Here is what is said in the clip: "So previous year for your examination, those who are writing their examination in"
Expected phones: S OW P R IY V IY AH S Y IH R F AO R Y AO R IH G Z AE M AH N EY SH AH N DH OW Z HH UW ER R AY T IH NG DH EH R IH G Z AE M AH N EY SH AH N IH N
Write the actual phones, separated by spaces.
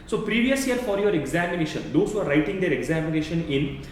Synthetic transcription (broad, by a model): S OW P R IY V IY AH S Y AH R F AO R Y AO R IH G Z AE M AH N EY SH AH N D OW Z HH UW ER R AY T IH NG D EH R IH G Z AE M AH N EY SH AH N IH N